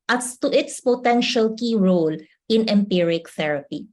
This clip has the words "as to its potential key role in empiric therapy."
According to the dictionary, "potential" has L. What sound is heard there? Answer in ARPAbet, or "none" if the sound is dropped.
L